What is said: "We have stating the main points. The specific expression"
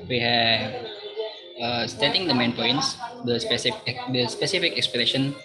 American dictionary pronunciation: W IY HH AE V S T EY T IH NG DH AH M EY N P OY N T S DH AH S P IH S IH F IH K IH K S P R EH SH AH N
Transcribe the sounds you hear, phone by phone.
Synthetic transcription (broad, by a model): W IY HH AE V S T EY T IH NG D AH M EY N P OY N S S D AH S P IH S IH F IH K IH K S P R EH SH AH N